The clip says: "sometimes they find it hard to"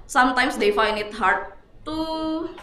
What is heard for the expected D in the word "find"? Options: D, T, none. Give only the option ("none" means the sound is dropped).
none